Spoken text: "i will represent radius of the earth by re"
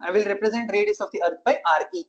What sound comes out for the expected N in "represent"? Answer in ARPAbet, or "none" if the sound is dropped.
N